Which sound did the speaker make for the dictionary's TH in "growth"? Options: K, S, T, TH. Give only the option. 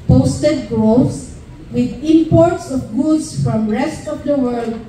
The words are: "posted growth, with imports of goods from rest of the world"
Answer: S